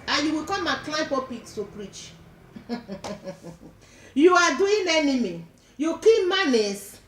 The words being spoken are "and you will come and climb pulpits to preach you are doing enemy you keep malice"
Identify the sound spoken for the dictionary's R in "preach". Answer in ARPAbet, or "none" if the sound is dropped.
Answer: R